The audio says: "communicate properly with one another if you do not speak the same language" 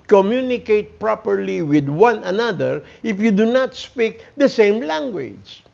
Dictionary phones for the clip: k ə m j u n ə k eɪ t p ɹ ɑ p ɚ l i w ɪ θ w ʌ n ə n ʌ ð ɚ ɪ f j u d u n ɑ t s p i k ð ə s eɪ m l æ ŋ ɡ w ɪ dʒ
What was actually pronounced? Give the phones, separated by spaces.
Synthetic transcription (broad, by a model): k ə m j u n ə k eɪ t p ɹ ɑ p ɚ l i w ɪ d w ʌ n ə n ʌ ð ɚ ɪ f j u d u n ɑ t s p i k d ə s eɪ m l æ ŋ ɡ w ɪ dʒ